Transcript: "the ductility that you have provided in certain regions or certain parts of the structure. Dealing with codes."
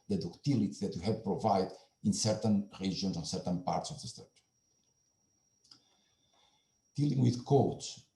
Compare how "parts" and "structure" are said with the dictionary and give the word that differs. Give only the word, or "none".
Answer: structure